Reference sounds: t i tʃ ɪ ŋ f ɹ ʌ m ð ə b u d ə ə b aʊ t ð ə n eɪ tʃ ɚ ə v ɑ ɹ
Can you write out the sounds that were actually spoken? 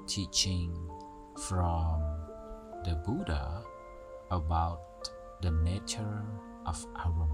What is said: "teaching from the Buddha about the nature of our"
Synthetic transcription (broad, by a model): t i tʃ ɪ ŋ f ɹ ʌ m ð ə b u d ə ə b aʊ t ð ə n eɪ tʃ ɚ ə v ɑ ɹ